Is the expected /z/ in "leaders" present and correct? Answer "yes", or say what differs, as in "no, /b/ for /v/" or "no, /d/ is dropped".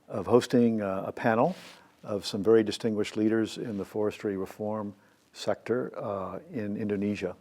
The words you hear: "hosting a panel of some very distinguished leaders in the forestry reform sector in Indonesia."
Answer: yes